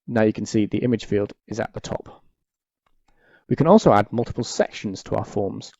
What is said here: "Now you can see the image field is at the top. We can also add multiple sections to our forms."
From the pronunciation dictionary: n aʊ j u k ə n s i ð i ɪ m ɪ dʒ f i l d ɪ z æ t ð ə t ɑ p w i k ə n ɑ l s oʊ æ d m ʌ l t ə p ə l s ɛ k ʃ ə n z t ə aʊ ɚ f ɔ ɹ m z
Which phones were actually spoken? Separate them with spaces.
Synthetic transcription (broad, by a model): n aʊ j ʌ k ə n s i ð i ɪ m ɪ dʒ f i l d ɪ z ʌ t ð ə t ɑ p w i k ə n ɑ l s oʊ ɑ d m ʌ l t ə p ə l s ɛ k ʃ ə n z t ə aʊ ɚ f ɔ m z